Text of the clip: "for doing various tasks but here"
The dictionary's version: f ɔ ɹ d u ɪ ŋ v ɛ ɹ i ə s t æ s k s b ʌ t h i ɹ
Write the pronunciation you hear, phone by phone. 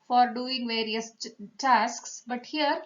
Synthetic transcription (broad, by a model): f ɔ ɹ d u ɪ ŋ v ɛ ɹ i ə s t æ s k s b ʌ t h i ɹ